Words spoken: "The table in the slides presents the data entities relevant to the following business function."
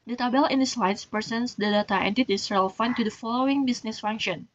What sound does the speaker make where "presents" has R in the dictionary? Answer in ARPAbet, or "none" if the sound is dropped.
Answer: none